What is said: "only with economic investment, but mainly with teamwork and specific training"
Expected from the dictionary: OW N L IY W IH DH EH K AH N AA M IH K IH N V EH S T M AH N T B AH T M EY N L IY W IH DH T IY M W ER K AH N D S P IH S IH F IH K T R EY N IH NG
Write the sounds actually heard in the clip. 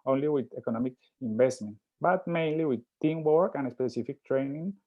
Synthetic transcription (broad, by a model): OW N L IY W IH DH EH K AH N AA M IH K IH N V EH S T M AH N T B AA T M EY N L IY W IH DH T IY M W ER K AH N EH S P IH S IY F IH K T R EY N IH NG